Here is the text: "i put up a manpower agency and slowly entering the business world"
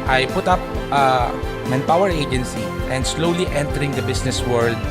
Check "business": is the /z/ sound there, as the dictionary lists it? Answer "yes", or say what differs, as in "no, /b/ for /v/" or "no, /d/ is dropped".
no, /s/ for /z/